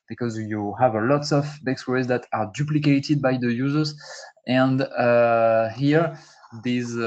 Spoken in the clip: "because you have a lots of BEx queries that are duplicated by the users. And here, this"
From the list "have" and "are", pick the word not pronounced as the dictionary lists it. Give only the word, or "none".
none